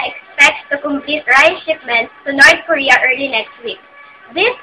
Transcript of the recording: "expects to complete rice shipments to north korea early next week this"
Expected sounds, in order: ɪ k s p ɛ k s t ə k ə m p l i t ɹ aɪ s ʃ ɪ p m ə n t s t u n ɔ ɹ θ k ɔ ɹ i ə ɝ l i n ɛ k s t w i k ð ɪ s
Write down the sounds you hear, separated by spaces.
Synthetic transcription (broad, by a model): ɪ k s p ɛ k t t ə k ə m p l i t ɹ aɪ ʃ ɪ p m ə n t t u n ɔ ɹ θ k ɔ ɹ i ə ɝ l i n ɛ k s t w i k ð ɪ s